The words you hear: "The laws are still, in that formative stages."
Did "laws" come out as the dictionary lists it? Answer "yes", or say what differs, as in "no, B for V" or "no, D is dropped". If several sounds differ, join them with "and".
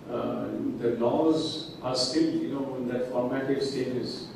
yes